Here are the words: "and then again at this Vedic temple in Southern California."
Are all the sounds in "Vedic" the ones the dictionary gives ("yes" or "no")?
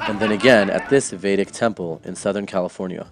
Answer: yes